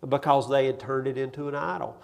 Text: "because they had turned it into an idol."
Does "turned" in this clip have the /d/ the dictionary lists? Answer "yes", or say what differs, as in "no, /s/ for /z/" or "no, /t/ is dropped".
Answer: no, /d/ is dropped